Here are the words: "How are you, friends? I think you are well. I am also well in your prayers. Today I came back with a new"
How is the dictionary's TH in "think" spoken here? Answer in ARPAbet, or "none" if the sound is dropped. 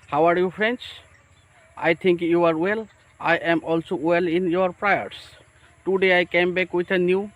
T